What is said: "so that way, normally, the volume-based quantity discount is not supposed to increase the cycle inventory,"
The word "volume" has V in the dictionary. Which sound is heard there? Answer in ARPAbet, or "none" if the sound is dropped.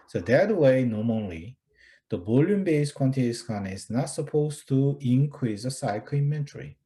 B